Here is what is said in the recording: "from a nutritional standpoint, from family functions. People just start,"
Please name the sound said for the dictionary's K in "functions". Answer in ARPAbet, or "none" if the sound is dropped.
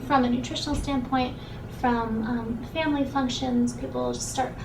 K